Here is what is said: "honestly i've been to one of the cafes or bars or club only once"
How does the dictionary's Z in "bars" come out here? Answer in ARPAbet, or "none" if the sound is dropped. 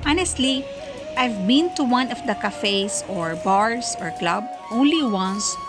S